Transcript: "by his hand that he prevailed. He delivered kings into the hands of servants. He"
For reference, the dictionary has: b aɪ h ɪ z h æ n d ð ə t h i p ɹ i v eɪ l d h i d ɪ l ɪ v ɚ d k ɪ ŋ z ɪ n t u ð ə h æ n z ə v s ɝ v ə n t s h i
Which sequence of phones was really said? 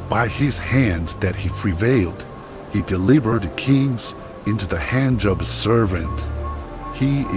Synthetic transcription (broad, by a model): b aɪ ɪ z h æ n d ð ə t h i p ɹ i v eɪ l d h i d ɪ l ɪ b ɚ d k ɪ ŋ z ɪ n t u ð ə h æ n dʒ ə b s ɝ v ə n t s h i